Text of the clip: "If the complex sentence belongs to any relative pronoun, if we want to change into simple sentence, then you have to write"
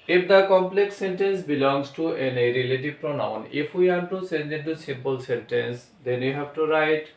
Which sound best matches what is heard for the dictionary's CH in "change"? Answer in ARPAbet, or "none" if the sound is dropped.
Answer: S